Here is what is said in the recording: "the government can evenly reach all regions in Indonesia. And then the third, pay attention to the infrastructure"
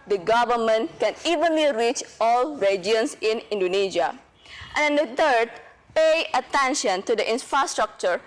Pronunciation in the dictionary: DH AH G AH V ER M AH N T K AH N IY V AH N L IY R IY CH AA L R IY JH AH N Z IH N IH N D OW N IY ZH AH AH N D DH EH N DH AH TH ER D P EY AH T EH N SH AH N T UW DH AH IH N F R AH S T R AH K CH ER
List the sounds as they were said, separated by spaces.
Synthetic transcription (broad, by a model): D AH G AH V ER M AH N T K AH N IY V AH N L IY R IY CH AA L R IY JH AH N S IH N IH N D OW N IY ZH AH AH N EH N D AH T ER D P EY AH T EH N SH AH N T UW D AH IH N F R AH S T R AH K CH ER